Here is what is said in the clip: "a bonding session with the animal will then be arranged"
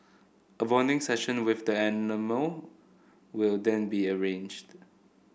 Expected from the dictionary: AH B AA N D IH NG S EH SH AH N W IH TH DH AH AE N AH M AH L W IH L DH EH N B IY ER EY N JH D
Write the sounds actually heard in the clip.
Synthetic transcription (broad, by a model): AH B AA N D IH NG S EH SH AH N W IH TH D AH AE N AH M AH L W IH L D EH N B IY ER EY N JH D